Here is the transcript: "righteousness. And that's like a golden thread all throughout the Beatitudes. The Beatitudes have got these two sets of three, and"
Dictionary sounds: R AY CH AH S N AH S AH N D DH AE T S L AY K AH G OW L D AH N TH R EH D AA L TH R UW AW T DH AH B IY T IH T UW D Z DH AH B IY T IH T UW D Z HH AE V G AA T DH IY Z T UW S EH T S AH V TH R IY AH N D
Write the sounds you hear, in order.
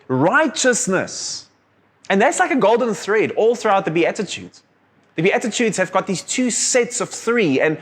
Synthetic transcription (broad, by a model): R AY CH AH S N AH S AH N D DH AE T S L AY K AH G OW L D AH N TH R EH D AA L TH R UW AW T DH AH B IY T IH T UW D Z DH AH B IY T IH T UW D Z HH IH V G AA T DH IY Z T UW S EH T S AH V TH R IY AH N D